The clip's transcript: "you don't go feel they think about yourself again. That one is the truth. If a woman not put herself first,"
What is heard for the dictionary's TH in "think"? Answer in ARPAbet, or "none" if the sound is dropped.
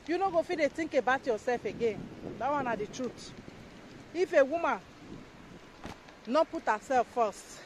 T